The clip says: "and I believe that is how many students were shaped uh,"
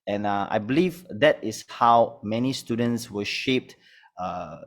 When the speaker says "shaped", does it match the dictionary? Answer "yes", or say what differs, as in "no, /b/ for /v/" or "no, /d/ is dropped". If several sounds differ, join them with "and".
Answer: yes